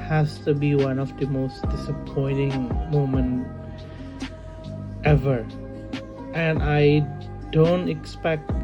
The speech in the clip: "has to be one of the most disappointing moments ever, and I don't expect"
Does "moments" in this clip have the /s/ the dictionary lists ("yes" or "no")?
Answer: no